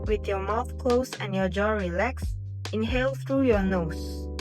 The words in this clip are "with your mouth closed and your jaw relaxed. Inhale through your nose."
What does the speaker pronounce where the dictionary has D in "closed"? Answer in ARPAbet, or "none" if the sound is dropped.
none